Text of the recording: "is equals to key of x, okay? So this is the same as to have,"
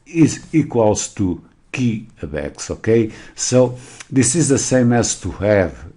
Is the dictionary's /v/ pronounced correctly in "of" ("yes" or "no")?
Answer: no